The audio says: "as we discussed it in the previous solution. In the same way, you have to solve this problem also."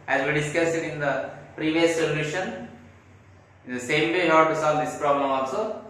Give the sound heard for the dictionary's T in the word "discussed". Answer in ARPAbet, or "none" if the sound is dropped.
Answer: none